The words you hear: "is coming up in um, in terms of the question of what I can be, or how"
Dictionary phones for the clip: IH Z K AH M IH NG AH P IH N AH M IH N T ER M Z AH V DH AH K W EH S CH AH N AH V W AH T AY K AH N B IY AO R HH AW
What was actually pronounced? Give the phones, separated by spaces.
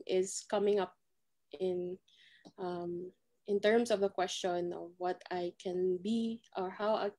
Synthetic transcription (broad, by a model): IH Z K AH M IH NG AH P IH N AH M IH N T ER M S AH V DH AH K W EH S CH AH N AH V W AH T AY K AH N B IY AO R HH AW